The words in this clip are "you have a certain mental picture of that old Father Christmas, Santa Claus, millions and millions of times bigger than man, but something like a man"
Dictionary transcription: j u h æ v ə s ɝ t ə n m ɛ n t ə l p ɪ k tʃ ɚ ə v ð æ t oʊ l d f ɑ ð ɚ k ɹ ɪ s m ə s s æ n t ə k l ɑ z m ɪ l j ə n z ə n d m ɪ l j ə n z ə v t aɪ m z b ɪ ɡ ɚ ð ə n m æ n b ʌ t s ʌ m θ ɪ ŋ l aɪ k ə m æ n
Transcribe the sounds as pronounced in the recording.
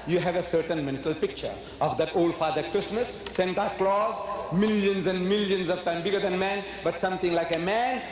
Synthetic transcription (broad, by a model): j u h æ v ə s ɝ t ə n m ɛ n t ə l p ɪ k tʃ ɚ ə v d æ t oʊ l d f ɑ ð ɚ k ɹ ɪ s m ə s s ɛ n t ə k l ɑ z m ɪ l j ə n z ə n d m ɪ l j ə n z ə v t aɪ m b ɪ ɡ ɚ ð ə n m æ n b ʌ t s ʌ m t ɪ ŋ l aɪ k ə m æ n